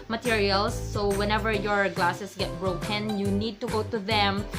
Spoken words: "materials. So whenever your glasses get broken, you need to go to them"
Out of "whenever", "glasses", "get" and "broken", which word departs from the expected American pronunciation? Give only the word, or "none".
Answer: glasses